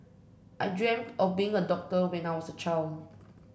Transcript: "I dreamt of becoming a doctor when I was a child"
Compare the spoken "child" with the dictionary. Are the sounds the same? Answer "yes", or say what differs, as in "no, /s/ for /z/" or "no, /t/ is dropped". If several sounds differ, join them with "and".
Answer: no, /d/ is dropped